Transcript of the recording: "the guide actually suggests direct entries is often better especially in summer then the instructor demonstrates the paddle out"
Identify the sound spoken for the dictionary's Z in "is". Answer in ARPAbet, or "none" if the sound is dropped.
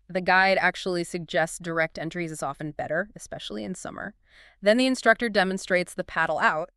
Z